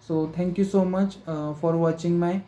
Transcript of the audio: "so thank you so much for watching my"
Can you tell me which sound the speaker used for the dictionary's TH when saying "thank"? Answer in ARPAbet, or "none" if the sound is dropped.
T